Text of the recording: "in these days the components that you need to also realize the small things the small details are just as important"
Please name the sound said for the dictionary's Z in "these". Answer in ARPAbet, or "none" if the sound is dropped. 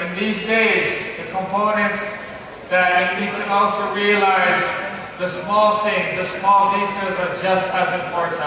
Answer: Z